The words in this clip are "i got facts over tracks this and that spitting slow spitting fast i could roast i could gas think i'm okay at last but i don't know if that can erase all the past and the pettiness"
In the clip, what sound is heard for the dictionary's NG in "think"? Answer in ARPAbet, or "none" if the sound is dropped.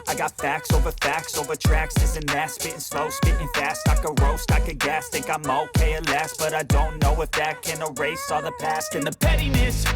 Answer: none